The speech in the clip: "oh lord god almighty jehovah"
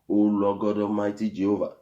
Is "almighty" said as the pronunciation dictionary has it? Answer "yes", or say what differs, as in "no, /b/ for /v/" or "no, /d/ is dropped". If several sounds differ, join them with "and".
no, /l/ is dropped